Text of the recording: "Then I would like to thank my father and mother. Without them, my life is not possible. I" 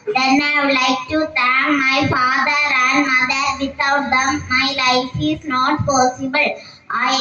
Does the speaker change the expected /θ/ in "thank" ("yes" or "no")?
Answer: yes